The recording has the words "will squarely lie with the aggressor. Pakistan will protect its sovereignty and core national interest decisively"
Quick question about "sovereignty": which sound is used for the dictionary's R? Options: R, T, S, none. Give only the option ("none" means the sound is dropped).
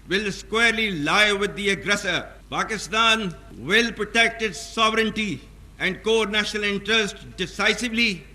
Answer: R